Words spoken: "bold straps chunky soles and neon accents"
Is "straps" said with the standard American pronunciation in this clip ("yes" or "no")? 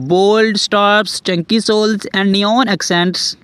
no